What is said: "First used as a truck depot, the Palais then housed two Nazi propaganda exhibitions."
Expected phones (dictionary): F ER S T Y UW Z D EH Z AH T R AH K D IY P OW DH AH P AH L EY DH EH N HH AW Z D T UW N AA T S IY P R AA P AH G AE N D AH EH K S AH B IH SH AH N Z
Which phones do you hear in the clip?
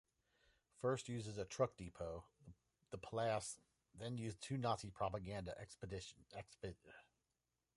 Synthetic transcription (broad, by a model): F ER S T Y UW Z IH Z AH T R AH K D IY P OW DH AH P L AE DH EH N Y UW Z T UW N AA T S IY P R AA P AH G AE N D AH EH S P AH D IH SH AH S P